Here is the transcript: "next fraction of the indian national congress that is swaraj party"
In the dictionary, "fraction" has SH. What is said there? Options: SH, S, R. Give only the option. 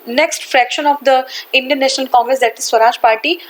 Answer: SH